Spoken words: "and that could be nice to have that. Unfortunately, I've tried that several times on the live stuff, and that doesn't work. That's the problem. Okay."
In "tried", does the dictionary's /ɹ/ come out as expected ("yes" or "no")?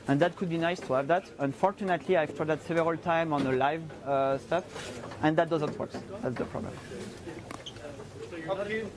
no